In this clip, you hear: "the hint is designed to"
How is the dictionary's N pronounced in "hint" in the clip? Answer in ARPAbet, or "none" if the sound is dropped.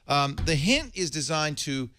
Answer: N